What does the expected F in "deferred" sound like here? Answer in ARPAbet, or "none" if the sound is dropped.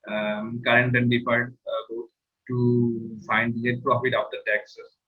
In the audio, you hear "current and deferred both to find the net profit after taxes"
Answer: P